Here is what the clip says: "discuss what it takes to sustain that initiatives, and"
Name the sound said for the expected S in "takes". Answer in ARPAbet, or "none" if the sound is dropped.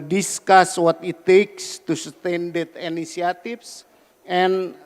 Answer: S